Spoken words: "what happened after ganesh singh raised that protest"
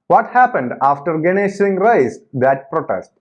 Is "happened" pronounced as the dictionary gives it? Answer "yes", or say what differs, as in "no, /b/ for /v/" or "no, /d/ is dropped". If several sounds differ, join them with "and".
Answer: yes